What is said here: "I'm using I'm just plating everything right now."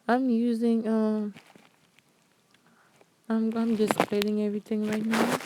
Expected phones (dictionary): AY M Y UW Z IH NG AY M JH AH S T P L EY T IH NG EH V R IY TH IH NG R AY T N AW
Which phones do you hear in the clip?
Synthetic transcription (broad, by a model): AY M Y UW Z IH NG AY M JH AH S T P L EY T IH NG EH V R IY T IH NG R AY T N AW